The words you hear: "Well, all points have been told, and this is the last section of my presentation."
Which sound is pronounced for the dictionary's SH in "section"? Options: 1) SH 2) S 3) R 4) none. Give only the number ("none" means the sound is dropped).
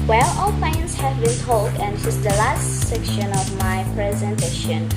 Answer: 1